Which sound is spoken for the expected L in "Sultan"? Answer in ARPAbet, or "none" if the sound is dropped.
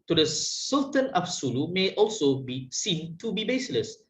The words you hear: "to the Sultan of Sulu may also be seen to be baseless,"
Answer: L